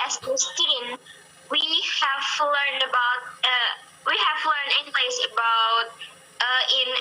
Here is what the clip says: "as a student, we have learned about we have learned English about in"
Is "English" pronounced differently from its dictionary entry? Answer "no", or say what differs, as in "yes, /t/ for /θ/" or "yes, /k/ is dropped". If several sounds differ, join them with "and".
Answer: yes, /s/ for /ʃ/